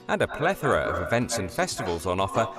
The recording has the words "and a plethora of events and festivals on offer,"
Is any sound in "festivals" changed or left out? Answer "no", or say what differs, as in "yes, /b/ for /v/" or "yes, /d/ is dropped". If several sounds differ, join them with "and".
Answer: no